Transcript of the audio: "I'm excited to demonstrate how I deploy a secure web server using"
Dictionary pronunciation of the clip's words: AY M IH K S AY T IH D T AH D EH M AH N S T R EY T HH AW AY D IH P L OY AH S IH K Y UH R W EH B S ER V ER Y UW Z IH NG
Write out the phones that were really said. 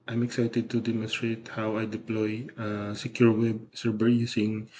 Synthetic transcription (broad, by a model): AY M IH K S AY T IH D T AH D EH M AH N S T R EY T HH AW AY D IH P L OY AH S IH K Y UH R W EH B S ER B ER Y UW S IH NG